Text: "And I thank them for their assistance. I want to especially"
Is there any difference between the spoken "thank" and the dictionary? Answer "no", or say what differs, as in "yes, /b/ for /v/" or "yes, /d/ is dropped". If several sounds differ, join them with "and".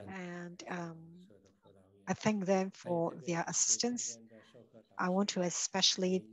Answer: no